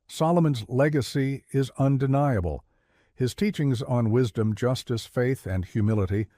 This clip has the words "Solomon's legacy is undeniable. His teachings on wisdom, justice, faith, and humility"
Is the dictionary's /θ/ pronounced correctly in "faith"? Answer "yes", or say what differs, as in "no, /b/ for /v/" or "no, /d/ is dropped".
yes